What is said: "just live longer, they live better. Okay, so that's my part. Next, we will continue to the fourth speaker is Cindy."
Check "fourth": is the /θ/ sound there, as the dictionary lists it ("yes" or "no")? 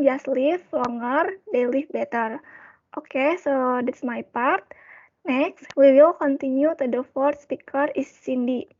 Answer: no